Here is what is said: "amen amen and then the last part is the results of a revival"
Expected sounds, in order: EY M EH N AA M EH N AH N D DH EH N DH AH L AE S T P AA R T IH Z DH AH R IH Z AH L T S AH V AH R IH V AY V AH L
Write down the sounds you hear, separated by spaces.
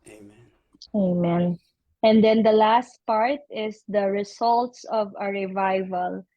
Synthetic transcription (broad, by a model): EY AA M EH N AH N D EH N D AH L AE S T P AA R T IH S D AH R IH S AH L T S AH V AH R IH V AY V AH L